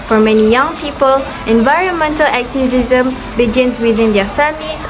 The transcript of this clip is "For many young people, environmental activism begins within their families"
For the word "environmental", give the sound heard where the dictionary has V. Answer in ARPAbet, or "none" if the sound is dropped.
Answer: V